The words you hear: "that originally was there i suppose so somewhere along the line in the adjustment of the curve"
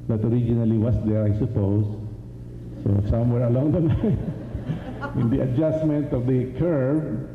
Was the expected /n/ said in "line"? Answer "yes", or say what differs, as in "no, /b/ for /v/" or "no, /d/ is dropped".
no, /n/ is dropped